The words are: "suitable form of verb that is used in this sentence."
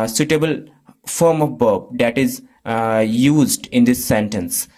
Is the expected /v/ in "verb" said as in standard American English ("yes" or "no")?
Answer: no